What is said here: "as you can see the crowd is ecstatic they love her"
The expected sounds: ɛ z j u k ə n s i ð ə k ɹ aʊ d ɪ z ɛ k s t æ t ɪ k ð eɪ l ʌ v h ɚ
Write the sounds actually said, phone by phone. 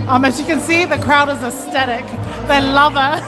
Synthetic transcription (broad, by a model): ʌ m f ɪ k ə n s i ð ə k ɹ aʊ d ɪ z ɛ s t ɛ t ɪ k ð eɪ l ʌ v ɚ